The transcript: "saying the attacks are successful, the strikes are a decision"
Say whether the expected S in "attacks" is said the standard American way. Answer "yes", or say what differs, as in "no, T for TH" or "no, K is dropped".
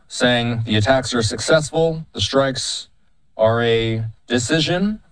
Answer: yes